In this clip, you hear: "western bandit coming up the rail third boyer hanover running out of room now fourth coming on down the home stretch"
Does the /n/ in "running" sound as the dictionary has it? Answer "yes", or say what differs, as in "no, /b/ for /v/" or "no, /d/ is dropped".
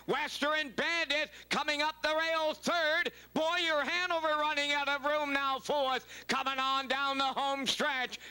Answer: yes